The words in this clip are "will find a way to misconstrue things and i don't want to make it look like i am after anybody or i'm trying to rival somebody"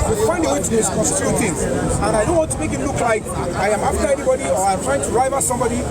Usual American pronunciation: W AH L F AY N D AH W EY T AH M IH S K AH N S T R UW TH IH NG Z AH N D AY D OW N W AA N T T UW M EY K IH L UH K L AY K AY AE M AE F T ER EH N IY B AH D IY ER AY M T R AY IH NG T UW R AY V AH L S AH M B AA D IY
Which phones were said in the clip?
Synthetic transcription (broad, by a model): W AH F AY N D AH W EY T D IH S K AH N S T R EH T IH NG AH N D AY D OW N W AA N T T UW M EY K IH L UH K L AY K AY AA M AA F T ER EH N IY B AH D IY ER AY M T R AY IH NG T UW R AY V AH S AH M B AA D IY